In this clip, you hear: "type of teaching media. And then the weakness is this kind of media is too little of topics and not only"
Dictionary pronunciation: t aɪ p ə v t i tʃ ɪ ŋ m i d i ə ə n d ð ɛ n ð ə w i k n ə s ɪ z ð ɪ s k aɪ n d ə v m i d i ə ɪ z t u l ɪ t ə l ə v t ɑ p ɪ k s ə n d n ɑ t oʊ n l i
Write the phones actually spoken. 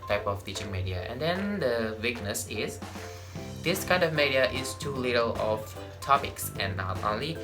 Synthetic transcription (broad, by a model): t aɪ p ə f t i tʃ ɪ ŋ m i d i ə ə n d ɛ n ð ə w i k n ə s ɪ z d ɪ s k aɪ n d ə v m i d i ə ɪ s t u l ɪ t ə l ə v t ɑ p ɪ k s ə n n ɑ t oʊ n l i